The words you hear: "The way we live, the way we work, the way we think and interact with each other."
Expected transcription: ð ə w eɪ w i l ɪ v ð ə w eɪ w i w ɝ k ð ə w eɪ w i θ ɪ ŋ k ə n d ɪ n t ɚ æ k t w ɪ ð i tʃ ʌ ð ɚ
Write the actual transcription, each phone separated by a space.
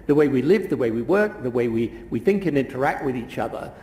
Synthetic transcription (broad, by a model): ð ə w eɪ w i l ɪ v ð ə w eɪ w i w ɝ k ð ə w eɪ w i θ ɪ ŋ k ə n ɪ n t ɚ æ k t w ɪ ð i tʃ ʌ ð ɚ